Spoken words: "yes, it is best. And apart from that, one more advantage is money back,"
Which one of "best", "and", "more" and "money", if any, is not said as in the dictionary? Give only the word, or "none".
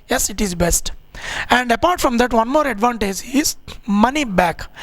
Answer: none